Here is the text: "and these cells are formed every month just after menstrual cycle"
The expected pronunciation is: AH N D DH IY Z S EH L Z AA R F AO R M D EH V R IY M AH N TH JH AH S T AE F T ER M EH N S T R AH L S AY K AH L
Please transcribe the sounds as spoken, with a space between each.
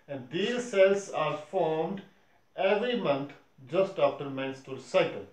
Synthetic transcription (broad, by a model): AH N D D IY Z S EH L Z AA R F AO R M D EH V R IY M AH N T JH AH S T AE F T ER M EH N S T AH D S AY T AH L